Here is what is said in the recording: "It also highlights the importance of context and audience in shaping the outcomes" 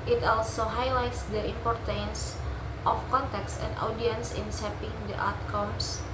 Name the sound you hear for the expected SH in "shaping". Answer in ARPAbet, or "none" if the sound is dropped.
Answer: S